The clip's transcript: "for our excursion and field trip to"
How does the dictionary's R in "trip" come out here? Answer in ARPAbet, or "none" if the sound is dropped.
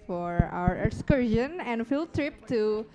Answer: R